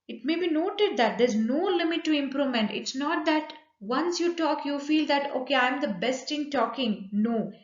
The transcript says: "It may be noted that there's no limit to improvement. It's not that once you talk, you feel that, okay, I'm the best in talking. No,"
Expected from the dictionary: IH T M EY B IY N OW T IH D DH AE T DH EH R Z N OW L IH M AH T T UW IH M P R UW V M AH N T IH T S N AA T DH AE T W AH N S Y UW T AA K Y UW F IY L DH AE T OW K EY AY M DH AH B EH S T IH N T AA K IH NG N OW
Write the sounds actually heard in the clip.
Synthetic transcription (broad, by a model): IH T M EY B IY N OW T IH D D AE T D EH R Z N OW L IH M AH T T UW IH M P R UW M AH N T IH T S N AA T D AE T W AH N S Y UW T AA K Y UW F IY L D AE T OW K EY AY M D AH B EH S T IH N T AA K IH NG N OW